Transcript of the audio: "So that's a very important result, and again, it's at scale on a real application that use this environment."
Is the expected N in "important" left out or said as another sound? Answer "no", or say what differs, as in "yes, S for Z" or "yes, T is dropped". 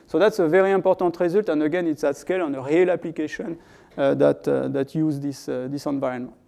yes, N is dropped